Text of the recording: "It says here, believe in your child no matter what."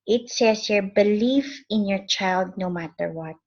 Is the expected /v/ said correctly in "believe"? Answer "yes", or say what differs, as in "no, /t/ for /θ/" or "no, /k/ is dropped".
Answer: no, /f/ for /v/